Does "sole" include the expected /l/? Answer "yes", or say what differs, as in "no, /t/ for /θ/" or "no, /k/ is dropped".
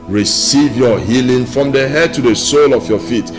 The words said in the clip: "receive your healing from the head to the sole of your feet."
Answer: yes